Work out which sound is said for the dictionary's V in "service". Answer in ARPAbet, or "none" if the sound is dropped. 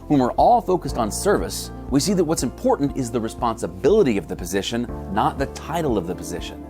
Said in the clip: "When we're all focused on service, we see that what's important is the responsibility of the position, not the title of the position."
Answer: V